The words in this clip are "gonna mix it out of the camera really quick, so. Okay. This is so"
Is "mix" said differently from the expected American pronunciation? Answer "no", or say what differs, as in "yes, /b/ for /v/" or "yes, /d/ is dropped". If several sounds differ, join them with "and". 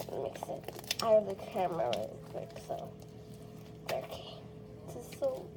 no